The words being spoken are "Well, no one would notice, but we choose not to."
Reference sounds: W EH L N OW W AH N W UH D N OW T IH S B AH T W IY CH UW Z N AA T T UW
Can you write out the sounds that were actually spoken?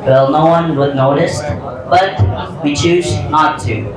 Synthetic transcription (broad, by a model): W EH L N OW W AH N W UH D N OW T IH S B AH T W IY CH UW Z N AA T T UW